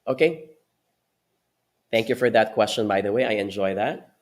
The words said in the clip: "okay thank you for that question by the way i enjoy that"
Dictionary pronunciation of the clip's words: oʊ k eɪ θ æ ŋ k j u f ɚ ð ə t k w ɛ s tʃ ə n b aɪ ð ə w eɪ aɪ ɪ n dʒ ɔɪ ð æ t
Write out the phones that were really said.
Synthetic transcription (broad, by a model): oʊ k eɪ θ æ ŋ k j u f ɚ ð ə t k w ɛ s tʃ ə n b aɪ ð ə w eɪ aɪ ɪ n dʒ ɔɪ ð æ t